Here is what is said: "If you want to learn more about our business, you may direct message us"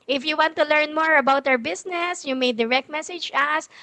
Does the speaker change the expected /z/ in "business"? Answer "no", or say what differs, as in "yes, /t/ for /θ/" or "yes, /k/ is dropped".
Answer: yes, /s/ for /z/